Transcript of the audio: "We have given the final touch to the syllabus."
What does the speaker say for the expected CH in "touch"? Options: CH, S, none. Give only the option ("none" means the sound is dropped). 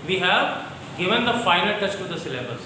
CH